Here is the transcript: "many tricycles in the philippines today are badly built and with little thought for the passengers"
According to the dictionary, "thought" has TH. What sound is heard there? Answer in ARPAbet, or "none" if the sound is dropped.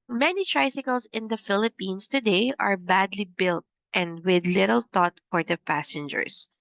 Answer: T